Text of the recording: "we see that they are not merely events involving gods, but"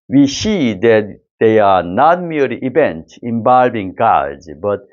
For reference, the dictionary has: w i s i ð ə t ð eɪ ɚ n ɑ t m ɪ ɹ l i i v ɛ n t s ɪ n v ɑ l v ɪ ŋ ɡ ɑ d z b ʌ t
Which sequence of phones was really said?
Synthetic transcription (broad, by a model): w i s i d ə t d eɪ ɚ n ɑ t m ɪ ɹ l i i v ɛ n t ɪ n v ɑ l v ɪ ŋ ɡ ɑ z b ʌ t